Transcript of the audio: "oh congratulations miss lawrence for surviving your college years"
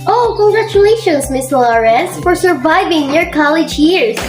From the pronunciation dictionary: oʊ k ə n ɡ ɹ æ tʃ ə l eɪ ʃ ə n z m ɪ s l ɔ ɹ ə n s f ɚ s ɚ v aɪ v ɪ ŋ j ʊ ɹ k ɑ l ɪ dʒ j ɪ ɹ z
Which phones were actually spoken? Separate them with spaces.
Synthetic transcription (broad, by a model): oʊ k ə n ɡ ɹ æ tʃ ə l eɪ ʃ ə n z m ɪ s l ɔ ɹ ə s f ɚ s ɚ v aɪ v ɪ ŋ j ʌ ɹ k ɑ l ɪ dʒ j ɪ ɹ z